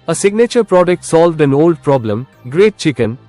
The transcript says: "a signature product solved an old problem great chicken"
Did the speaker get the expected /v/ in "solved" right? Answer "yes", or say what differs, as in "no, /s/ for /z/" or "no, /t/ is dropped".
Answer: yes